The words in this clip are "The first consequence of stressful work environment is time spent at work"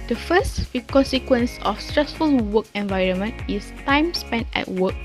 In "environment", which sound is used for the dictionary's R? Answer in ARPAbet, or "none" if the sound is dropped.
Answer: R